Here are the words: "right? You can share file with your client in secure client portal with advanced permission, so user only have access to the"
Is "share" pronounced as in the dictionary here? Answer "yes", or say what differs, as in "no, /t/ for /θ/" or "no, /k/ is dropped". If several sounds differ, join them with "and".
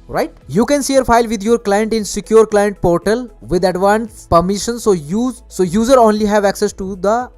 no, /s/ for /ʃ/